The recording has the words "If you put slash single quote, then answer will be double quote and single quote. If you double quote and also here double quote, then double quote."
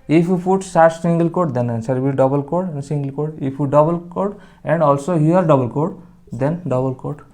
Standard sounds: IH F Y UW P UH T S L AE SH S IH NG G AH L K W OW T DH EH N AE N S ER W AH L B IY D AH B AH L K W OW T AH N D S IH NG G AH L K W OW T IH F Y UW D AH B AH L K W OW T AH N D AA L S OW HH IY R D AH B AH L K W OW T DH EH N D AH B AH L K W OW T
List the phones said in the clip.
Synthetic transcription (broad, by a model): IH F Y UW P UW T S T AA S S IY NG G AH L K OW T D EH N N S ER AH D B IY D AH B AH L K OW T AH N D S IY NG G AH L K OW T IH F Y UW D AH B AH L K OW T AH N D AA L S OW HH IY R D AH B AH L K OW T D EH N D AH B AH L K OW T